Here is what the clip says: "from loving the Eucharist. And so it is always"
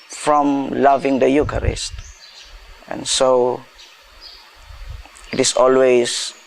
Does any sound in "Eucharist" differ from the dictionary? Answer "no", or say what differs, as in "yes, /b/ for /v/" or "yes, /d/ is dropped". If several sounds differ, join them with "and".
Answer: no